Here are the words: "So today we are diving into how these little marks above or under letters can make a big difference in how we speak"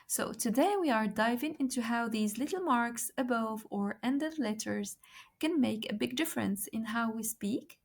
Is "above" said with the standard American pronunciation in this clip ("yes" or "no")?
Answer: yes